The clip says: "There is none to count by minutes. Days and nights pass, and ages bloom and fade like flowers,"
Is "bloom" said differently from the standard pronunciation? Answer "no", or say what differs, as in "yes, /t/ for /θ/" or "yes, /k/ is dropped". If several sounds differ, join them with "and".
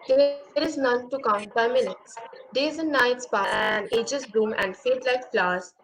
yes, /l/ is dropped